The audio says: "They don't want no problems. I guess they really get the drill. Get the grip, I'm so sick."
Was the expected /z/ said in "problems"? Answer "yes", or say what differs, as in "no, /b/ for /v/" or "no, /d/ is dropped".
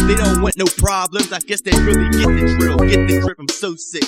yes